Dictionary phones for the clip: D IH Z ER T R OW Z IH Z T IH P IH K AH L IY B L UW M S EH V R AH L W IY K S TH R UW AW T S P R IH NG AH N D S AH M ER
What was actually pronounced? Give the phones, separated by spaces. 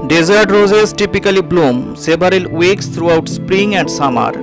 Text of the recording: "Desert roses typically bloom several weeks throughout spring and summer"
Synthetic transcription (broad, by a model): D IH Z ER T R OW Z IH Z T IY P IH K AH L IY B L UW M S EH B R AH L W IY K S T R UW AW T S P R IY NG AH N D S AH M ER